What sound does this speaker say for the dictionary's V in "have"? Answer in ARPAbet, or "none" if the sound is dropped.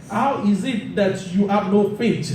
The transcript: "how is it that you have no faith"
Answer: P